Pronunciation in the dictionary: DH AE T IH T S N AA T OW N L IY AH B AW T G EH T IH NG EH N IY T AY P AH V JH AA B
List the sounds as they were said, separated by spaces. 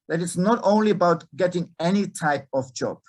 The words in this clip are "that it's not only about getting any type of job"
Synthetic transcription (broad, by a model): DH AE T IH T S N AA T OW N L IY AH B AW T G EH T IH NG EH N IY T AY P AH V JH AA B